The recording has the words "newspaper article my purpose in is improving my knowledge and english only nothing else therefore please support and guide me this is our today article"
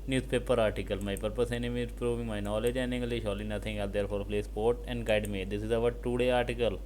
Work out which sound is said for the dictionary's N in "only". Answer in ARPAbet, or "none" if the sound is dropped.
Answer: none